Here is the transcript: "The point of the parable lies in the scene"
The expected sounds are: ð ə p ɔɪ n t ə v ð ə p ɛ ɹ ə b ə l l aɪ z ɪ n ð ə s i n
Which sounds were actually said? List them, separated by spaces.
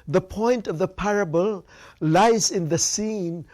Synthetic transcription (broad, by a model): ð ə p ɔɪ n t ə v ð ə p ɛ ɹ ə b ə l l aɪ z ɪ n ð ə s i n